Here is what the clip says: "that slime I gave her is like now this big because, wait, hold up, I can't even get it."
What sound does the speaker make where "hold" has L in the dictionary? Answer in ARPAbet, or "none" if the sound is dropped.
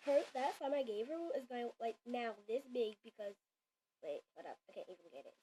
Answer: none